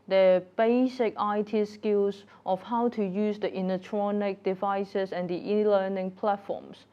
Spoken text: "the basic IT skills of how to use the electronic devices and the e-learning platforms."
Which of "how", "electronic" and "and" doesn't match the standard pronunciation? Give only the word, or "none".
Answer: electronic